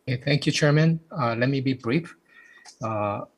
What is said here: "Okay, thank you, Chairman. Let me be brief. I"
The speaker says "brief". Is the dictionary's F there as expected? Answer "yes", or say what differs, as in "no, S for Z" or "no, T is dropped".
yes